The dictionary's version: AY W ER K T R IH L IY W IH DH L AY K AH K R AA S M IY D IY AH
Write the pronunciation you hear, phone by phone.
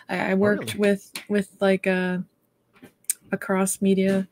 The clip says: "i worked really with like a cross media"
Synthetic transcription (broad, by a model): AY W ER K T W IH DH W IH DH L AY K AH K R AA S M IY D IY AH